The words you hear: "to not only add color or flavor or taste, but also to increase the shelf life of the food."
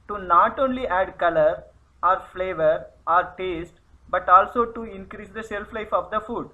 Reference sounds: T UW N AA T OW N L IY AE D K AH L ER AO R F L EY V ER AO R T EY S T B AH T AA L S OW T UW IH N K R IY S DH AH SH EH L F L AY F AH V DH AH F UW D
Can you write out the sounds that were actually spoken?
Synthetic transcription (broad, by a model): T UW N AA T OW N L IY AE D K AH L ER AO R F L EY V ER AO R T EY S T B AH T AA L S OW T UW IH N K R IY S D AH S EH L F L AY F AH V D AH F UW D